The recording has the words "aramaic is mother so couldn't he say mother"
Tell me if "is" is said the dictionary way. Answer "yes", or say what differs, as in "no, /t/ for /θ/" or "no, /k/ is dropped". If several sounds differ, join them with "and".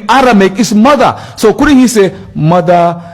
no, /s/ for /z/